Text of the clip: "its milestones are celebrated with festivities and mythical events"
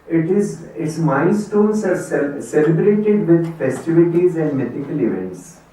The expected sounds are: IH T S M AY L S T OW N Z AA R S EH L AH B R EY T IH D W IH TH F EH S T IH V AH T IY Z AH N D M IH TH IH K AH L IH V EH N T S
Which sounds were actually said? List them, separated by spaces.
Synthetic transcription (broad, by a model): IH T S M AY N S T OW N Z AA R S EH L AH B R EY T IH D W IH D F EH S T IH V AH T IY Z AH N D M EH T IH K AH L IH V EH N T S